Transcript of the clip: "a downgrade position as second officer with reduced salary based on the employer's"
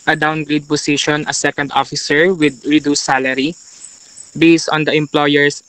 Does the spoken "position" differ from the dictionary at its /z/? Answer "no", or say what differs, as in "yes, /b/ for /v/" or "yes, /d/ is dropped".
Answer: yes, /s/ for /z/